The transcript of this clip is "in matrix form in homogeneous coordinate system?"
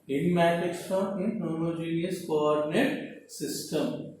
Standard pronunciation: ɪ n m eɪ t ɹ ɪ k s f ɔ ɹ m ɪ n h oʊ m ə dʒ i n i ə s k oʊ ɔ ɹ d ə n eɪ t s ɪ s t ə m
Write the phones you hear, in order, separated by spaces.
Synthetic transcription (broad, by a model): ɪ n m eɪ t ɪ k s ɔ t ɪ n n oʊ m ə dʒ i n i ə s k oʊ ɔ ɹ d ə n eɪ t s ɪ s t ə m